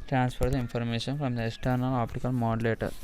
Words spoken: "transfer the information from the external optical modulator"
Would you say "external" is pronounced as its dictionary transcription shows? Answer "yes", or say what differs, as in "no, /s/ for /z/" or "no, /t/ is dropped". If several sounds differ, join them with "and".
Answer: yes